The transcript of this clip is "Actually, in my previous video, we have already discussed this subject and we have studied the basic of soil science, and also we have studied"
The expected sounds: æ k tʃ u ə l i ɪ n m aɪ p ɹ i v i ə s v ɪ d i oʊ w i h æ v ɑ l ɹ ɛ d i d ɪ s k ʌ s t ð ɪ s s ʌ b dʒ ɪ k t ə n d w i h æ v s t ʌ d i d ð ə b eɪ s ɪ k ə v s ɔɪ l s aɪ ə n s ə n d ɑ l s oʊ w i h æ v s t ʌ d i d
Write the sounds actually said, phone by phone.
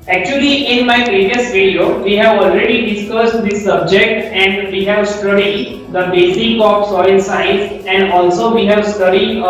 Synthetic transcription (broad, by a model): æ k tʃ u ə l i ɪ n m aɪ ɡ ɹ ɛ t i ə s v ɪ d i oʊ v i h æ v ɑ l ɹ ɛ d i d ɪ s k ʌ s t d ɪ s s ʌ b dʒ ɪ k t ə n d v i h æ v s t ʌ d i d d ə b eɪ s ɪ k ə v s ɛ n s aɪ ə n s ə n d ɑ l s oʊ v i h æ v s t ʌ d i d